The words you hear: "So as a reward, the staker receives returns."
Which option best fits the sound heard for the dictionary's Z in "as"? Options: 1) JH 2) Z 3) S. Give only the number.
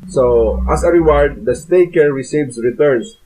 3